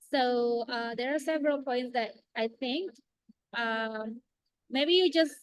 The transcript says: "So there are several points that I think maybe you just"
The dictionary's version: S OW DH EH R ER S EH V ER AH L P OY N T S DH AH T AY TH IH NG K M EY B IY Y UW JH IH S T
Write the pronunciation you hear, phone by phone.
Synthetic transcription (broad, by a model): S OW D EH R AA S EH V ER AH L P OY N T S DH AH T AY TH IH NG K M EY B IY Y UW JH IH S